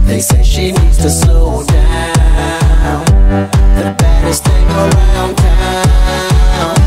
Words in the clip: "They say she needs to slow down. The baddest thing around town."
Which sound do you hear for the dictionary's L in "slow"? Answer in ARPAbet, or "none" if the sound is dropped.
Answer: none